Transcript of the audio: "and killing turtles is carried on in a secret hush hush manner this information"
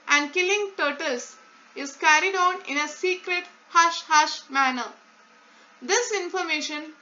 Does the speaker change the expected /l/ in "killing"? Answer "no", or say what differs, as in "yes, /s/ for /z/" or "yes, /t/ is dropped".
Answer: no